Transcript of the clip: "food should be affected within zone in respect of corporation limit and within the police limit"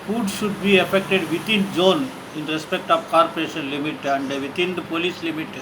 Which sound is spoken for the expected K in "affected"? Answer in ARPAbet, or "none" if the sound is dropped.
K